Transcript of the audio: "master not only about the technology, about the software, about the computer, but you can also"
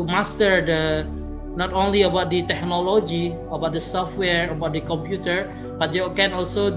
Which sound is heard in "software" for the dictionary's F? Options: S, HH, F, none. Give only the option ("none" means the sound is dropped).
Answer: F